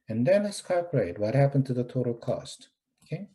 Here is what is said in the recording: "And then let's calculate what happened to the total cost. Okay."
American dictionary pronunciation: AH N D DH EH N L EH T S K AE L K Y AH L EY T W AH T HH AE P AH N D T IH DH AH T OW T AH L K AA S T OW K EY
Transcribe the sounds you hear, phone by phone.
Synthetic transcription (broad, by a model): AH N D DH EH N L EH S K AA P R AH IH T W AH T HH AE P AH N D T IH DH AH T OW T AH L K AA S T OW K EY